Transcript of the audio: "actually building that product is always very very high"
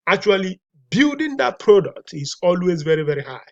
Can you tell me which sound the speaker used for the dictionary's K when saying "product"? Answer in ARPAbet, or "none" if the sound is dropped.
K